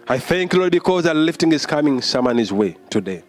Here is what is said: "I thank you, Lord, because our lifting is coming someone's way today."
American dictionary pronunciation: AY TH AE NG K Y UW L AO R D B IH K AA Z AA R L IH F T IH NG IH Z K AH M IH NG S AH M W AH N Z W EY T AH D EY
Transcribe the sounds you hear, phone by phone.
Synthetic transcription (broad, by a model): AY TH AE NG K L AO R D B IH K AA Z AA L IH F T IH NG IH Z K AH M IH NG S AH M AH N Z W EY T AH D EY